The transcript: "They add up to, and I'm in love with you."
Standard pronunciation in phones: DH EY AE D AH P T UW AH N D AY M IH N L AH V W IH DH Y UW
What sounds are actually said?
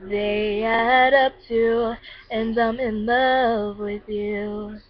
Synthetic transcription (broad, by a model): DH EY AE D AH P T UW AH N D AY M IH N L AH V W IH DH Y UW